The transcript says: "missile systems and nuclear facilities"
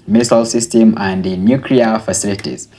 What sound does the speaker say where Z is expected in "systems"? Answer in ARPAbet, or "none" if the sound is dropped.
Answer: none